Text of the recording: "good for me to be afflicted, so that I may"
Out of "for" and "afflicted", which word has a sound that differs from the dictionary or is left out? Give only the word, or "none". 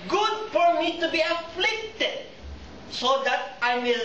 none